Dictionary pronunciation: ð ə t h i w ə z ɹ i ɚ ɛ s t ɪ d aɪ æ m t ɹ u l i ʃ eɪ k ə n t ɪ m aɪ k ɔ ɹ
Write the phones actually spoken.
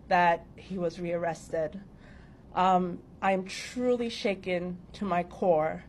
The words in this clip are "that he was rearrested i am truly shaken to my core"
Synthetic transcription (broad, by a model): ð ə t h i w ə z ɹ i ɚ ɛ s t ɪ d aɪ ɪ m t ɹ u l i ʃ eɪ k ə n t ɪ m aɪ k ɔ ɹ